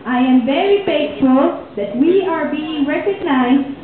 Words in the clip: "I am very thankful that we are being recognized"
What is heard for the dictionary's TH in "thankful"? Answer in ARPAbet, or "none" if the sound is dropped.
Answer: F